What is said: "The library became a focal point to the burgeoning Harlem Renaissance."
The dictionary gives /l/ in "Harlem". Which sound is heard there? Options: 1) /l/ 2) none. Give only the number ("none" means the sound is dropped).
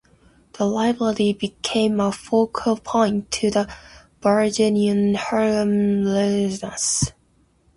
2